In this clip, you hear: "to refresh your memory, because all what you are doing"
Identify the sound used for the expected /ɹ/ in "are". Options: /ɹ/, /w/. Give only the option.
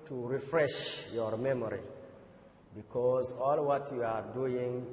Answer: /ɹ/